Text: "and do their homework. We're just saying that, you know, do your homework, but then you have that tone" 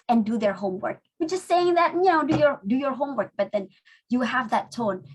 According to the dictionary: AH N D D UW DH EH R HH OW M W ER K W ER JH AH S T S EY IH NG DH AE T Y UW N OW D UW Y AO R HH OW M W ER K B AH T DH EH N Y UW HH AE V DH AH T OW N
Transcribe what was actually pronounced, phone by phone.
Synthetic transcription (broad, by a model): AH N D D UW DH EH R HH OW M W ER K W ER JH AH S T S EY IH NG DH AE T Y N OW D UW Y AO R HH OW M W ER K B AH T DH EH N Y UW HH AE V DH AH T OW N